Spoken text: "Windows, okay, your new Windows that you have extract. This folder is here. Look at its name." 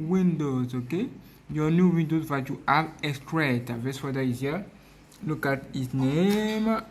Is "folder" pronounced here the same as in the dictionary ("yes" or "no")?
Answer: no